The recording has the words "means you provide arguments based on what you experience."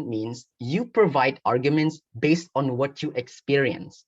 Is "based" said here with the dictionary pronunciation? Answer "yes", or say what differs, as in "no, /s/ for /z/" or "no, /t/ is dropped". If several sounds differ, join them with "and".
yes